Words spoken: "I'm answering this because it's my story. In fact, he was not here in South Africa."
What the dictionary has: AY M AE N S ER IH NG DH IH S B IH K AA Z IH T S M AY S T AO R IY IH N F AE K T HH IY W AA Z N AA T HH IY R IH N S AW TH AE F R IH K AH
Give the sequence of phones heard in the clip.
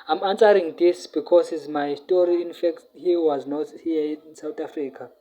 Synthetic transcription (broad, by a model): AY M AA N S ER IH NG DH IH S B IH K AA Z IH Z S M AY S T AO R IY IH N F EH K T HH IY W AA Z N AA T HH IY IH N S AW T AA F R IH K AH